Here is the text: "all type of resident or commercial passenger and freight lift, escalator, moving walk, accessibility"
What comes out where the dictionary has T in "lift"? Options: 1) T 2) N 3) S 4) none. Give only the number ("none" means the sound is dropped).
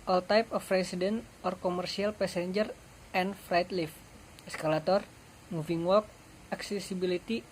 4